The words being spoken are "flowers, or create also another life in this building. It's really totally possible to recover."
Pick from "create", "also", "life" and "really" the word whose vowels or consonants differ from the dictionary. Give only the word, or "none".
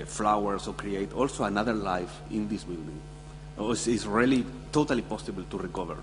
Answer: none